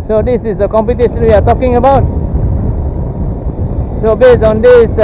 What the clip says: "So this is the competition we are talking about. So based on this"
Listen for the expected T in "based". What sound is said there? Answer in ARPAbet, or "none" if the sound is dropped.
none